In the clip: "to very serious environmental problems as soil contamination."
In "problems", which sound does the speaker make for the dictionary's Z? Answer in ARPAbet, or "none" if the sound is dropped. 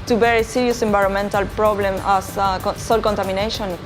none